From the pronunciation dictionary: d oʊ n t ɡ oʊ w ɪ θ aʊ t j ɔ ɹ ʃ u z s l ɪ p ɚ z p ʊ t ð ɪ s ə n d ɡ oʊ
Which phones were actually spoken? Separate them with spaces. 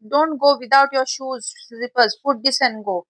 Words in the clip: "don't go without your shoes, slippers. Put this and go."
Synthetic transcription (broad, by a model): d oʊ n t ɡ oʊ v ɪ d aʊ t j ɔ ɹ ʃ u z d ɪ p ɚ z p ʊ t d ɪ s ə n ɡ oʊ